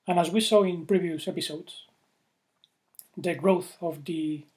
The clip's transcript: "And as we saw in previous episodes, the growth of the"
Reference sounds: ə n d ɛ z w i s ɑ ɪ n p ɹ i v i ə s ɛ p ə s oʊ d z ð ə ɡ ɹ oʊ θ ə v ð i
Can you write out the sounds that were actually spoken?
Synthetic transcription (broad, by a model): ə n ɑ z w i s ɑ ɪ n p ɹ i v i ə s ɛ p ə s oʊ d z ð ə ɡ ɹ oʊ θ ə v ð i